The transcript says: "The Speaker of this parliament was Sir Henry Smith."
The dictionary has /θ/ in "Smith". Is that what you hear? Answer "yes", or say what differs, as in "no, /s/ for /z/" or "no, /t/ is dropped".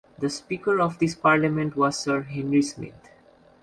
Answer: no, /t/ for /θ/